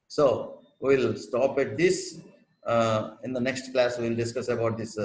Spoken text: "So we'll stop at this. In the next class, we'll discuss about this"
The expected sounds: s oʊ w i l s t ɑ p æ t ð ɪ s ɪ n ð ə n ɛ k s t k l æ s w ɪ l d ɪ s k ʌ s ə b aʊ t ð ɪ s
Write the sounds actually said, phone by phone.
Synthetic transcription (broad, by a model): s oʊ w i l s t ɑ p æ t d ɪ s ɪ n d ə n ɛ k s t k l æ s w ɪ l d ɪ s k ʌ s ə b aʊ t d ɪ s